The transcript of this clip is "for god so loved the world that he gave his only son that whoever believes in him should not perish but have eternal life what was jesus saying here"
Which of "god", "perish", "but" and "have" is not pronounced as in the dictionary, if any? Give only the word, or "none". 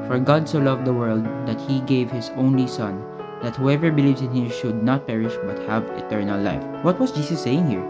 none